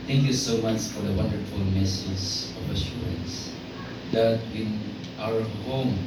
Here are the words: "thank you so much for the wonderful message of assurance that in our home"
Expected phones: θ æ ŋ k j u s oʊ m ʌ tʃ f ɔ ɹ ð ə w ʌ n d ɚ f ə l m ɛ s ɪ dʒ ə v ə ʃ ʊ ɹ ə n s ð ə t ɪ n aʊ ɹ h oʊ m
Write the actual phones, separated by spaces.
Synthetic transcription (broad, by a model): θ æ ŋ k j u s oʊ m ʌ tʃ f ɔ ɹ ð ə w ʌ n d ɚ f ə l m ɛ s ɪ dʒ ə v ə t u ə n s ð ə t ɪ n aʊ ɹ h oʊ m